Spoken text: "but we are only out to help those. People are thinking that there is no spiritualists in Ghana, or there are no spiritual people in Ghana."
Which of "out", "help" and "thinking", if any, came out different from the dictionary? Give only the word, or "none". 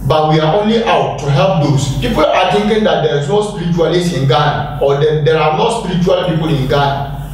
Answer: thinking